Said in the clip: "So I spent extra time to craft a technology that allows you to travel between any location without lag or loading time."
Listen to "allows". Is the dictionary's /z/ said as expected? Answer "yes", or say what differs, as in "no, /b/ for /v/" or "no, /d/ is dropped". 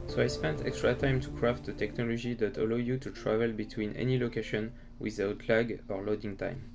no, /z/ is dropped